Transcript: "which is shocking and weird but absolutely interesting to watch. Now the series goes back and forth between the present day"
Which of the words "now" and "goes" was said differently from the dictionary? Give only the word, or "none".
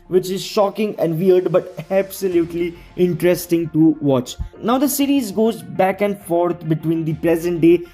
none